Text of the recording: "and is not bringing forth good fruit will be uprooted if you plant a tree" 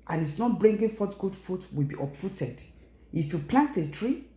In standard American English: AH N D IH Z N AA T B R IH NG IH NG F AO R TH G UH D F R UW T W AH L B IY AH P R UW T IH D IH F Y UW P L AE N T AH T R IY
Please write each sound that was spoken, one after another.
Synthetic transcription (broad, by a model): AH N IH S N AA T B R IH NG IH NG F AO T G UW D F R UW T W AH L B IY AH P UW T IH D IH F Y UW P L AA N T AH T R IY